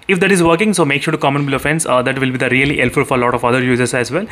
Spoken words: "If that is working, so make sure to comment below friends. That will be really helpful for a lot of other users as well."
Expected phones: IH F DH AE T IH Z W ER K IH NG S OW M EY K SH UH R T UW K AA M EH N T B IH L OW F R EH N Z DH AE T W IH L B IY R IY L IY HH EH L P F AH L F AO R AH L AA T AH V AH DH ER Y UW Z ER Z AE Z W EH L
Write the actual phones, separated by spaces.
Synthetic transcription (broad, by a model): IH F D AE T IH Z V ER K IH NG S OW M EY K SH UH R T UW K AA M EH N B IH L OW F EH N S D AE T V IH L B IY R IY L IY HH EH L F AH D F AO R AH L AA T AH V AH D ER Y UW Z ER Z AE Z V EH L